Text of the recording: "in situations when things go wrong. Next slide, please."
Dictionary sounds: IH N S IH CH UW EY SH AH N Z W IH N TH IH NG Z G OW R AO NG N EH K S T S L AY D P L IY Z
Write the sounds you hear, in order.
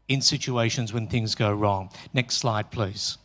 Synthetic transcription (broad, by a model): IH N S IH CH UW EY SH AH N Z W IH N TH IH NG Z G OW R AO NG N EH K S T S L AY D P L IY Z